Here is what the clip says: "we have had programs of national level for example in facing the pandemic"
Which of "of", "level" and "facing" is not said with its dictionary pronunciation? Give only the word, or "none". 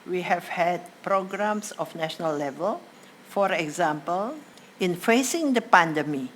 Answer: of